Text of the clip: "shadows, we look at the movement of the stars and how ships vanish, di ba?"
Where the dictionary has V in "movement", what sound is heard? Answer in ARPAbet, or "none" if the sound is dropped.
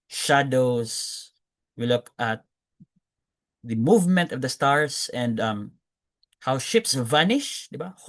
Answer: V